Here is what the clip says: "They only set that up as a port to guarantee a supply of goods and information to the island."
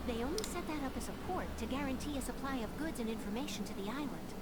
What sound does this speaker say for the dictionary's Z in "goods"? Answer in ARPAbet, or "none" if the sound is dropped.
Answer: Z